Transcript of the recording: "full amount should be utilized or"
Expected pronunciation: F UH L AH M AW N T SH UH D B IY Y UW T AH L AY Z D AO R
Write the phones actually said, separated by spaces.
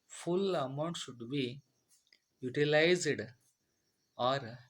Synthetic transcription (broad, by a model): F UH L AH M AW N T SH UH D B IY Y UW T AH L AY Z D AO R